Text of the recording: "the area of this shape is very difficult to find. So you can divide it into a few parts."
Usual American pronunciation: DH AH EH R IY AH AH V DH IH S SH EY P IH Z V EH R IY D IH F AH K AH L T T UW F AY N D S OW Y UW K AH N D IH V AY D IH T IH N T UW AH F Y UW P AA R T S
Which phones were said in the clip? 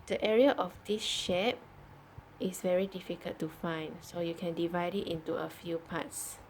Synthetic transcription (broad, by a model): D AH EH R IY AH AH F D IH S SH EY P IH S V EH R IY D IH F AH K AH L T T UW F AY N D S OW Y UW K AH N D IH V AY D IH T IH N T UW AH F Y UW P AA T S